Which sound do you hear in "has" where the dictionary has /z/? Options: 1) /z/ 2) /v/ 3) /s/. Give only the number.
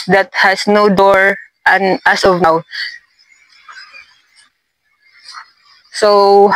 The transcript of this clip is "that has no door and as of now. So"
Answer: 3